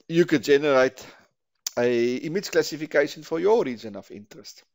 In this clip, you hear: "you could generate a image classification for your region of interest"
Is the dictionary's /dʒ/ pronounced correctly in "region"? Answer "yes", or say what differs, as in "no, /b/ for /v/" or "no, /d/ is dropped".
no, /z/ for /dʒ/